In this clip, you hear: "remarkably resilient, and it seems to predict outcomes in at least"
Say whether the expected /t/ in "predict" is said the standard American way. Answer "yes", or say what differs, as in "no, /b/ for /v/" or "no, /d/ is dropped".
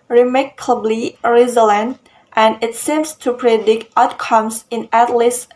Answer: yes